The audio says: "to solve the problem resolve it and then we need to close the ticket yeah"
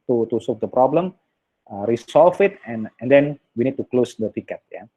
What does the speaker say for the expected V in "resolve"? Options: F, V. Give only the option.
F